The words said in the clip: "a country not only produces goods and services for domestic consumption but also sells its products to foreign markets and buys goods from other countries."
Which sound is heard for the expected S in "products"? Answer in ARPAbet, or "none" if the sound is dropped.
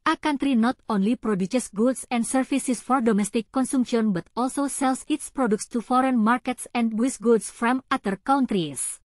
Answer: S